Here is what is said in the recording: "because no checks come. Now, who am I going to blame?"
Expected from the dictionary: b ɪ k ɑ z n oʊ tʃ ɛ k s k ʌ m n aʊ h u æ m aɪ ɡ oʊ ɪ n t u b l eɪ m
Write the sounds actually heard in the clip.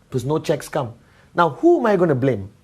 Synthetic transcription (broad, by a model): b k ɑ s n oʊ tʃ ɛ k s k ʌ m n aʊ h u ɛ m aɪ ɡ oʊ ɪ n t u b l eɪ m